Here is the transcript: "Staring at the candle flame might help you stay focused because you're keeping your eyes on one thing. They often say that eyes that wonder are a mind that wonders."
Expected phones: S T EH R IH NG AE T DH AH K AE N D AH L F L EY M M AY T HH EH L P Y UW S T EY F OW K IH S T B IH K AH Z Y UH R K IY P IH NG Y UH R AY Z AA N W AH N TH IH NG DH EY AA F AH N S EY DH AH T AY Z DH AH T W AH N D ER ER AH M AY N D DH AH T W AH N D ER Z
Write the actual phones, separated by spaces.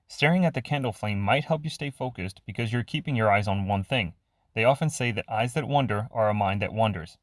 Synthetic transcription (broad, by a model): S T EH R IH NG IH T DH AH K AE N D L F L EY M M AY T HH EH L P Y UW S T EY F OW K IH S T B IH K AH Z Y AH R K IY P IH NG Y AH R AY Z N W AH N TH IH NG DH EY AA F AH N S EY DH AH T AY Z DH AH T W AH N D ER ER AH M AY N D DH AH T W AH N D ER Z